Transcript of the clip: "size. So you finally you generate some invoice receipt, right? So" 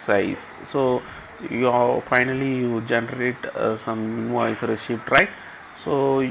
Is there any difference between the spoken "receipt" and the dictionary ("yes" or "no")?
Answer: yes